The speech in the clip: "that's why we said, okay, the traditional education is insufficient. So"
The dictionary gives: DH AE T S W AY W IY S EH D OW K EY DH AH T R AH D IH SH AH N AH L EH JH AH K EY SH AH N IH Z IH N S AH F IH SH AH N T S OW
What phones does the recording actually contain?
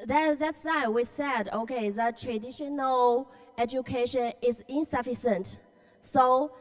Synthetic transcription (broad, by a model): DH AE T S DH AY W IY S EH D OW K EY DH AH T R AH D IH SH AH N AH L EH JH AH K EY SH AH N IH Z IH N S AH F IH S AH N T S OW